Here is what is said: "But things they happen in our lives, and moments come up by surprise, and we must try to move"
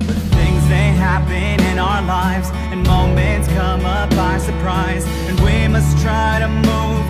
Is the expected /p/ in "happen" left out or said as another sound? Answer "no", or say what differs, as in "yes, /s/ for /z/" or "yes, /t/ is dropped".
yes, /b/ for /p/